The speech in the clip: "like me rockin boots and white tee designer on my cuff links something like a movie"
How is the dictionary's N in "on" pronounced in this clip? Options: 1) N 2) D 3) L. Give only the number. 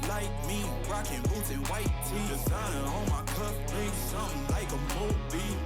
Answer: 3